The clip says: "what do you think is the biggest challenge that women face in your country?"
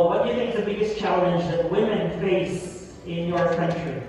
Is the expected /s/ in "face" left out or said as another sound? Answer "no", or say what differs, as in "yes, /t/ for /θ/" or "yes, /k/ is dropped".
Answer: no